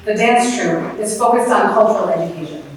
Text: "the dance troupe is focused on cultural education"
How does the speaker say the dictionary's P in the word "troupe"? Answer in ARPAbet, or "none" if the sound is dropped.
none